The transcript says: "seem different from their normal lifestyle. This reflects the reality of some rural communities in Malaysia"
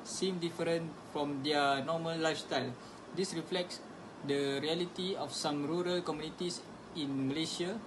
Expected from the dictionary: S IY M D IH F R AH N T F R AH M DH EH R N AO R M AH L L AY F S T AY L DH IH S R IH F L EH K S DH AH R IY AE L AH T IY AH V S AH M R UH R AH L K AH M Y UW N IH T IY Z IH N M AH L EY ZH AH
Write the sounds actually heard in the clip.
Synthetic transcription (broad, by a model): S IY M D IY F R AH N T F R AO M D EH N AO M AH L L AY F S T AY L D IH S R IH F L EH K S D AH R IY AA L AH T IY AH F S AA M R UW R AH L K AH M Y UW N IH T IY S IH N M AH L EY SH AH